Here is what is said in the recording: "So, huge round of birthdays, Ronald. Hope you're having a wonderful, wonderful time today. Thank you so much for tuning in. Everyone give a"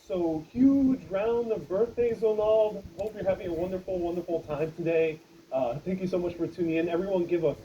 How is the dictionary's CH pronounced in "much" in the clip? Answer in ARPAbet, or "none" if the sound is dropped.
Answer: CH